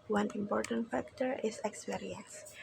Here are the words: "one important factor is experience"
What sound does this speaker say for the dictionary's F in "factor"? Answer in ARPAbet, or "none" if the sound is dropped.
F